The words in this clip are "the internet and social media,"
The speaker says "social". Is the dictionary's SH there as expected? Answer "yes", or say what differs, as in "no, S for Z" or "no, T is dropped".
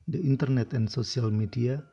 no, S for SH